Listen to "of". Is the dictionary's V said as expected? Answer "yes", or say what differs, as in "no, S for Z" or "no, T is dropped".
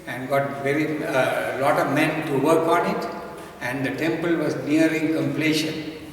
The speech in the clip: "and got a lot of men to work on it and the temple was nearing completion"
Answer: yes